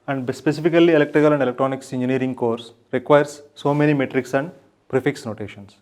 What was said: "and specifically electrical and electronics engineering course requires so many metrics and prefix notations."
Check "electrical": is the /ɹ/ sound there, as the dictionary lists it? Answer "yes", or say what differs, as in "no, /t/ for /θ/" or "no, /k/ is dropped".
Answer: yes